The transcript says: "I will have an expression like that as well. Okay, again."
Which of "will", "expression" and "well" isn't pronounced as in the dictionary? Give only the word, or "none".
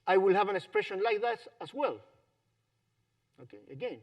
none